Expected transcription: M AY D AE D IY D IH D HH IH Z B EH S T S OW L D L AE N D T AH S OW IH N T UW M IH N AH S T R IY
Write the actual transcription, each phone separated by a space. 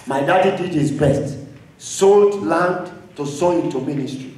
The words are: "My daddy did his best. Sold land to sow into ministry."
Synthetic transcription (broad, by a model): M AY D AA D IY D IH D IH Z B EH S T S OW L D L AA N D T AH S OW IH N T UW M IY N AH S T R IY